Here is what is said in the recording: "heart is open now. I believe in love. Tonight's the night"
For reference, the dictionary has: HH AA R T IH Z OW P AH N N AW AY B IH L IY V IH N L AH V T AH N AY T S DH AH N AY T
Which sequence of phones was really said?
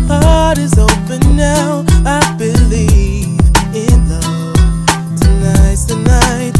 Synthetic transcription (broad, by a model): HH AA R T IH Z OW P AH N N AW AY B IH L IY V IH N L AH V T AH N AY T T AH N AY T